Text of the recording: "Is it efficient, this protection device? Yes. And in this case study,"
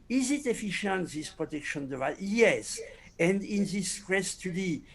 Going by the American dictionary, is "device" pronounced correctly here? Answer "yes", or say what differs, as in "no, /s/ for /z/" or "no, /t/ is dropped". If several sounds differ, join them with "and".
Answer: no, /s/ is dropped